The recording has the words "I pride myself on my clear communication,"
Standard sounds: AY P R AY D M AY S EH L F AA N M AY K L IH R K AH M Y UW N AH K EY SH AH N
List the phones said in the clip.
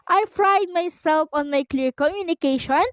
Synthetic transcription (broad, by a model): AY F R AY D M AY S EH L F AA N M AY K L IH R K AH M Y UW N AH K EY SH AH N